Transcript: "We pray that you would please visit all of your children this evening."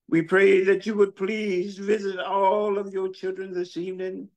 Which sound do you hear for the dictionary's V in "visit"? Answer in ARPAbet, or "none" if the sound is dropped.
V